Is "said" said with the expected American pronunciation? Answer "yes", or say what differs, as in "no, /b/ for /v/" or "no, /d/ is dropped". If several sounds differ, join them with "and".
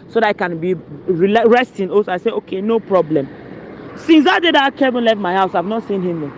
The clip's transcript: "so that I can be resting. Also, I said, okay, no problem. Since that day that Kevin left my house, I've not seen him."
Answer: no, /d/ is dropped